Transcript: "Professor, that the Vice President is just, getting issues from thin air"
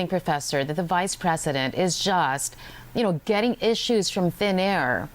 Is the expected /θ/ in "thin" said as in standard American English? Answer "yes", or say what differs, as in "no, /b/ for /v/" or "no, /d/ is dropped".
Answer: yes